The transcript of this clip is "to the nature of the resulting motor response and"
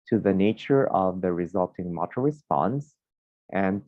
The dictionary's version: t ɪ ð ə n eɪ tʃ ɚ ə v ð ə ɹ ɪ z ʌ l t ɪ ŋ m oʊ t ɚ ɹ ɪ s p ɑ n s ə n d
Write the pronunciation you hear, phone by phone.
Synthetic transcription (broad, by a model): t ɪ ð ə n eɪ tʃ ɚ ə v ð ə ɹ ɪ z ʌ l t ɪ ŋ m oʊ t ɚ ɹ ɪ s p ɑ n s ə n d